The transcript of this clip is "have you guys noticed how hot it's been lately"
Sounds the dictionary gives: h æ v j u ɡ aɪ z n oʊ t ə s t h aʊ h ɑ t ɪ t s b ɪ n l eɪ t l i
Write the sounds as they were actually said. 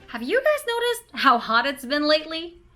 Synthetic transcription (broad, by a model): h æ v j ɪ ɡ aɪ z n oʊ t ə s t h aʊ h ɑ t ɪ t s b ɪ n l eɪ t l i